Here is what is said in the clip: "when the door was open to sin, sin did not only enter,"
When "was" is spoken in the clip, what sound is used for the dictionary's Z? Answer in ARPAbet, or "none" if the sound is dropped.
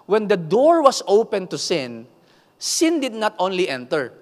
S